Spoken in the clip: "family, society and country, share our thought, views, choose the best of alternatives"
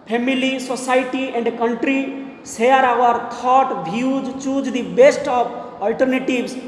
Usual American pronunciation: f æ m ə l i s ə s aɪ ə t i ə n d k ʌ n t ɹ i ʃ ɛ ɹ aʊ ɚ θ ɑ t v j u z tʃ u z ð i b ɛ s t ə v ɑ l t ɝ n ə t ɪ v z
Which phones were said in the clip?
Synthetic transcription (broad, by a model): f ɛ m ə l i s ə s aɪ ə t i ə n d k ʌ n t ɹ i s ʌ ɹ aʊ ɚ t ɑ t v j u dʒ tʃ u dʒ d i b ɛ s t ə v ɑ l t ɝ n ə t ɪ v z